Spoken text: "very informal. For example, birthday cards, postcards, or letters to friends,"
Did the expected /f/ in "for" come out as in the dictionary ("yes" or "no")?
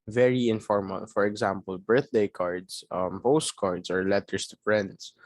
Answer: yes